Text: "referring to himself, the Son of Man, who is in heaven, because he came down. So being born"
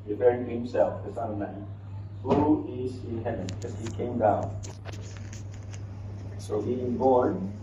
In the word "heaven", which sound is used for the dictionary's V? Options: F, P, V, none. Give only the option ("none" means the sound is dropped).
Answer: none